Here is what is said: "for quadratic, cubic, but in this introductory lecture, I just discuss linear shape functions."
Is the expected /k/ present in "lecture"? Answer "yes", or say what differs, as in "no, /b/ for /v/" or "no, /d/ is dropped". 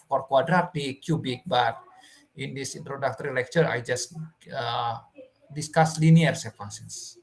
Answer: yes